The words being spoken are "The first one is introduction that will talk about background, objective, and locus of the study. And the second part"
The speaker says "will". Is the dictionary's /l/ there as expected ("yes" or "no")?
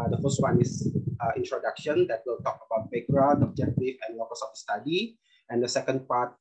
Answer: yes